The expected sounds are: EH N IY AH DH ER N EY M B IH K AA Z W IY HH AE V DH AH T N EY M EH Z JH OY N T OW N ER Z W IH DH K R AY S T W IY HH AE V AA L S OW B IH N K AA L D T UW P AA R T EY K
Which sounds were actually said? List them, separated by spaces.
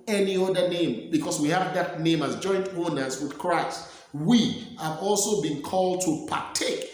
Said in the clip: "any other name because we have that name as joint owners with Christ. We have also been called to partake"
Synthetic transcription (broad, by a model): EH N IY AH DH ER N EY M B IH K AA S W IY HH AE V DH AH T N EY M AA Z JH OY N T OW N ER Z W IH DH K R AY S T W IY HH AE V AA L S OW B IH N K AA L D T UW P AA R T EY K